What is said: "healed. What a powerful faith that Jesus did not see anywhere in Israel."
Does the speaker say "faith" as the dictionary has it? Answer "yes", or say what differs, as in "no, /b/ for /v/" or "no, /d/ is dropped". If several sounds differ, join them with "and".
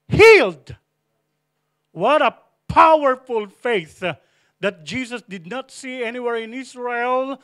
yes